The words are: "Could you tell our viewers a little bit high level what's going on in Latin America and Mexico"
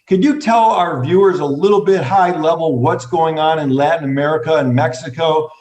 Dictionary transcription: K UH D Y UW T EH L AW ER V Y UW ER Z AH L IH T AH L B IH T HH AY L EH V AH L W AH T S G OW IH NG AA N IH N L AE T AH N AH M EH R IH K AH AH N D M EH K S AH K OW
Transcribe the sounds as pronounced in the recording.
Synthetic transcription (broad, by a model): K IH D Y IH T EH L AW ER V Y UW ER Z AH L IH T L B IH T HH AY L EH V L W AH T S G OW IH NG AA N IH N L AE T N AH M EH R IH K AH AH N M EH K S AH K OW